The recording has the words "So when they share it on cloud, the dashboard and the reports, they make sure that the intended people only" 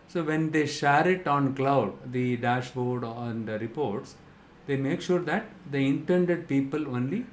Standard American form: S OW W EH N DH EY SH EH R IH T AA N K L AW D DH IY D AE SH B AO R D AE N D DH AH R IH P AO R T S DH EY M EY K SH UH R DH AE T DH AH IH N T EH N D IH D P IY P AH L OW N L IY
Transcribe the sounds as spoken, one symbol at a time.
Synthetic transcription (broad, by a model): S OW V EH N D EY SH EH R IH T AA N K L AW D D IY D AE SH B AO R D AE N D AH R IH P AO R T S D EY M EY K SH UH R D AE T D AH IH N T EH N D IH D P IY P AH L OW N L IY